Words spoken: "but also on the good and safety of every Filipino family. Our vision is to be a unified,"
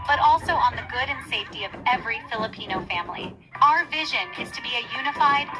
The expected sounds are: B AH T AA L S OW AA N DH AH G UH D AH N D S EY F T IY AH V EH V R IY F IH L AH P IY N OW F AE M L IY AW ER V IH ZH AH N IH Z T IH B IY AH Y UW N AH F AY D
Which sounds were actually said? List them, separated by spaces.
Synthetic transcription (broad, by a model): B AH T AA L S OW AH N DH AH G UH D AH N S EY F T IY AH V EH V R IY F IH L AH P IY N OW F AE M L IY AW ER V IH ZH AH N IH Z T IH B IY AH Y UW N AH F AY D